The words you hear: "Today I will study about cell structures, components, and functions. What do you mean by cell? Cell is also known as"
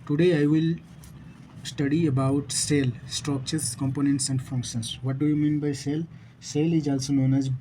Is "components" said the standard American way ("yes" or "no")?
yes